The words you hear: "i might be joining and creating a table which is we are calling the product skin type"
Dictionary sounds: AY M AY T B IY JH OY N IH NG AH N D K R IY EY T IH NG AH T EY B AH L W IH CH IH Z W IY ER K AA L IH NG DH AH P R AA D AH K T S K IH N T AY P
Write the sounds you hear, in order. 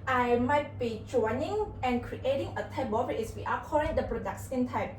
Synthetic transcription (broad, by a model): AY M AY T B IY JH OY N IH NG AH N K R IY EY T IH NG AH T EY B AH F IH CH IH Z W IY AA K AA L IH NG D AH P R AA D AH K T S IH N T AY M